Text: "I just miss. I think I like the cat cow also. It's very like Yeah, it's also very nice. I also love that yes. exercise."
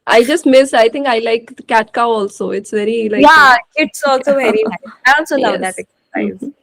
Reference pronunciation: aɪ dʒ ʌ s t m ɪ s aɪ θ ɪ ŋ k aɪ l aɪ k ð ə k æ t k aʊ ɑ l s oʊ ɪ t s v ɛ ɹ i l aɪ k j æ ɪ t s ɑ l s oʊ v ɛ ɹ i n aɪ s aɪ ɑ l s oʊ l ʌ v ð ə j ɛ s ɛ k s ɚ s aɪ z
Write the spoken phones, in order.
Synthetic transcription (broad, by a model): aɪ dʒ ʌ s t m ɪ s aɪ t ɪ ŋ k aɪ l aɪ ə k æ t k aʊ ɑ l s oʊ ɪ t s v ɛ ɹ i l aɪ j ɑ ɪ t s ɑ l s oʊ v ɛ ɹ i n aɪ aɪ ɑ l s oʊ l ʌ v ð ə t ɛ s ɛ k s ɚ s aɪ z